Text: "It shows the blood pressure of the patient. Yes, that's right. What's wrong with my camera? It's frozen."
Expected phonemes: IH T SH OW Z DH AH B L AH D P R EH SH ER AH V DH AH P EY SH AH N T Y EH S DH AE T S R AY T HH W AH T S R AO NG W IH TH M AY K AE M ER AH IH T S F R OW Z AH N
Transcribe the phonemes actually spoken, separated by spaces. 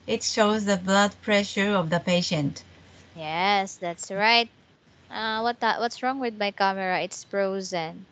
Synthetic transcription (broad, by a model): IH T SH OW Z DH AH B L AH D P R EH SH ER AH V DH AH P EY SH AH N T Y EH S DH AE T S R AY T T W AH T S R AO NG W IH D M AY K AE M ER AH IH T S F R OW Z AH N